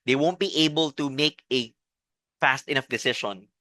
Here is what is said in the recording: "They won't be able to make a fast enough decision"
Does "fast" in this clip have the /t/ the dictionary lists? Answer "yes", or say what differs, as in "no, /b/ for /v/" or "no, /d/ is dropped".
yes